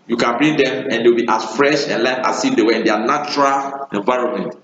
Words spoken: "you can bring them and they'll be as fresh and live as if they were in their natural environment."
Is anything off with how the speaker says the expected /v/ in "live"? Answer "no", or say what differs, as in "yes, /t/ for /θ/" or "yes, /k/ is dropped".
yes, /f/ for /v/